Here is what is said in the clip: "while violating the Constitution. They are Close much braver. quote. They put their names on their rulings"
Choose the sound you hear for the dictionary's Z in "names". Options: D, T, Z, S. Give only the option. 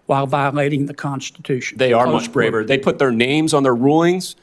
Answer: Z